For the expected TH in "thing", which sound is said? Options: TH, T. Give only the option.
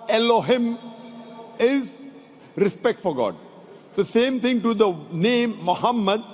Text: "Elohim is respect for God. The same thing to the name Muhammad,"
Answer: T